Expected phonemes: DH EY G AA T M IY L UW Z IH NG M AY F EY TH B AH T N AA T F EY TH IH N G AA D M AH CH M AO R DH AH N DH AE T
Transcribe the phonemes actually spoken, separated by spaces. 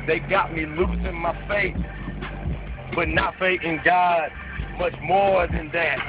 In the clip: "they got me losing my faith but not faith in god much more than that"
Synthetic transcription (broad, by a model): DH EY G AA T M IY L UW S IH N M AY F EY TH B AH T N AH T F EY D IH N G AA D M AH CH M AO R DH AH N DH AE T